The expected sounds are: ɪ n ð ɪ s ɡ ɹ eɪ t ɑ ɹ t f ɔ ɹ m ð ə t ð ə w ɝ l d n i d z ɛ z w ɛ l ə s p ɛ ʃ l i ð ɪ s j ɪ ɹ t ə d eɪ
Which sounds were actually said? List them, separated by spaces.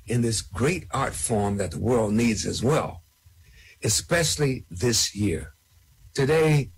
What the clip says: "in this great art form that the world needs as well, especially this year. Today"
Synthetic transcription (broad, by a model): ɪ n ð ɪ s ɡ ɹ eɪ t ɑ ɹ t f ɔ ɹ m ð ə t ð ə w ɝ l d n i d z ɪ z w ɛ l ə s p ɛ ʃ l i ð ɪ s j ɪ ɹ t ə d eɪ